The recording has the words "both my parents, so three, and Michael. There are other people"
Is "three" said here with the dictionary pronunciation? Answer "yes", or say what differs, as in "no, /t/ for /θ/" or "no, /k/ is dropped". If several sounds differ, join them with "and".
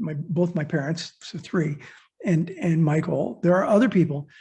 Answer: yes